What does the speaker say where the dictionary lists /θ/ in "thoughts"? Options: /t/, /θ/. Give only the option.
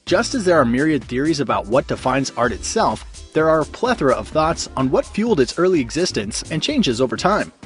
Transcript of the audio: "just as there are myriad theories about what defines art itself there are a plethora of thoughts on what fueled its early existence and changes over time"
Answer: /θ/